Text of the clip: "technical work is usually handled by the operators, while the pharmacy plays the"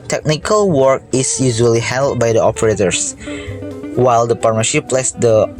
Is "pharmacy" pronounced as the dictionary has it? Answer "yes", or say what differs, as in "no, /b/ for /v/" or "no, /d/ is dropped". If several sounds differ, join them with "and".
no, /p/ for /f/ and /ʃ/ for /s/